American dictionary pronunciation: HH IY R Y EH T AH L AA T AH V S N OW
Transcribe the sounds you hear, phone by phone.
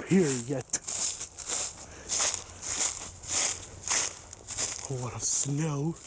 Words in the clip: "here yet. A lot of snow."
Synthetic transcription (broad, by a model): HH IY R Y EH T AH W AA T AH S N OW